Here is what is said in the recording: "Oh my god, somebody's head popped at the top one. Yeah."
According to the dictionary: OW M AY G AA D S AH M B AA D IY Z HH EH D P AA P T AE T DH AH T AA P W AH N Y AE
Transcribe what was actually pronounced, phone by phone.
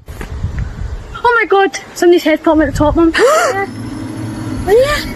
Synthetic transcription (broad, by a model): OW M AY G AA D S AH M AA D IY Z HH EH D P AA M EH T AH T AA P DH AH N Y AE